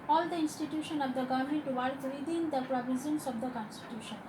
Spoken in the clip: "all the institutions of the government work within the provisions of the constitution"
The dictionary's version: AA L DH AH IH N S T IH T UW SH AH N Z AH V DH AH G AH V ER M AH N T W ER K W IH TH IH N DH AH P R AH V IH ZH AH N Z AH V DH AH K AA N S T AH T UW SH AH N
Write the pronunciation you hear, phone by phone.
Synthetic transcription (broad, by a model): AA L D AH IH N S T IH T UW SH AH N AH V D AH G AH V M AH N T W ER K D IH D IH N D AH P R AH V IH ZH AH N S AH V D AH K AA N S T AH T UW SH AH N